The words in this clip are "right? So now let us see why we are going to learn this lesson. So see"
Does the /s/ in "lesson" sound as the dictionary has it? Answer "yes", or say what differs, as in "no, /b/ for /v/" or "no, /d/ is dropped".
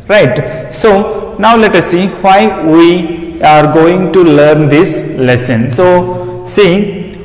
yes